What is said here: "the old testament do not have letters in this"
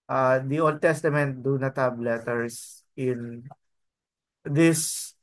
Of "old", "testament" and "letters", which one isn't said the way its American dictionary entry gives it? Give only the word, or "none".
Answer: letters